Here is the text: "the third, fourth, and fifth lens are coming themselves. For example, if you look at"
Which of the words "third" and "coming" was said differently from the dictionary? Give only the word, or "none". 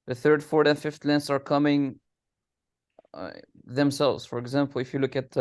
none